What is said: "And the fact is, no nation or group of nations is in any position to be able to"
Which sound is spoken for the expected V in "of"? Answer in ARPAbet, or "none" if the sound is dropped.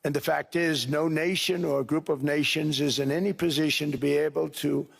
V